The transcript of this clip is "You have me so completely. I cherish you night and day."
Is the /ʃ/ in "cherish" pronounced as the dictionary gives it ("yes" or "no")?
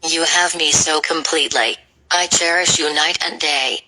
yes